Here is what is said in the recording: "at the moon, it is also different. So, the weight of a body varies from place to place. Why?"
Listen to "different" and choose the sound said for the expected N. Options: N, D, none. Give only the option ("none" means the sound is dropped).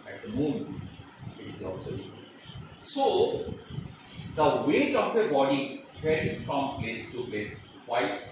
none